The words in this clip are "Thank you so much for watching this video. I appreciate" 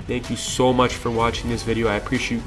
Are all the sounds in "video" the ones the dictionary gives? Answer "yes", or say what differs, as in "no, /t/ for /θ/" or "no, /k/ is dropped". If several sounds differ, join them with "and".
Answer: yes